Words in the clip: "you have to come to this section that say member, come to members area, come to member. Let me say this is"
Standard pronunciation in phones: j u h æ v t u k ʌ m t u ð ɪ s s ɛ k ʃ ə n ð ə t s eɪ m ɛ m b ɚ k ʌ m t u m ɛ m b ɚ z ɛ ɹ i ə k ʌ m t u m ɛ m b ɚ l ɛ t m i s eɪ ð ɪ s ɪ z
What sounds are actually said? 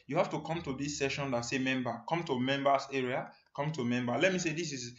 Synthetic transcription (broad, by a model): j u h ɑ f t u k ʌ m t u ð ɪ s s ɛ ʃ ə n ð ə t s eɪ m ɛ m b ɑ k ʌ m t u m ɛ m b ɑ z ɛ ɹ i ə k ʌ m t u m ɛ m b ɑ l ɛ t m i s eɪ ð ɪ s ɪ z